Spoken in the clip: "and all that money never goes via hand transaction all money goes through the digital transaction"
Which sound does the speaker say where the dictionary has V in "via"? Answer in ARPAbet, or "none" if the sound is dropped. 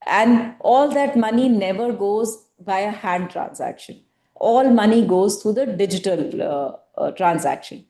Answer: B